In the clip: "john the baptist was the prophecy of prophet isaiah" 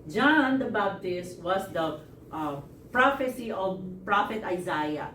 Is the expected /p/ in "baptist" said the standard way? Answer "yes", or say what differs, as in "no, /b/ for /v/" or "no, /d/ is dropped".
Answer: no, /b/ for /p/